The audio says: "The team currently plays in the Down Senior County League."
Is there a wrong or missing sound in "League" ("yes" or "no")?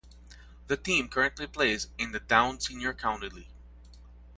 yes